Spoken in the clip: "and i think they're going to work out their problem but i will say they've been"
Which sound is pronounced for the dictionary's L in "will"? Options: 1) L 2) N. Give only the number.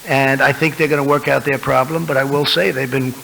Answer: 1